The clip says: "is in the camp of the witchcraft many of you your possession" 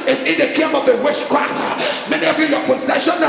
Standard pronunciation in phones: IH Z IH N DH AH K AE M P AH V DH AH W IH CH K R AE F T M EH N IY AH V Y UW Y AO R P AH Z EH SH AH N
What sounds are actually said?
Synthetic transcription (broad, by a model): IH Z IH N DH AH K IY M AH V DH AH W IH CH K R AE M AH M EH N IY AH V Y UW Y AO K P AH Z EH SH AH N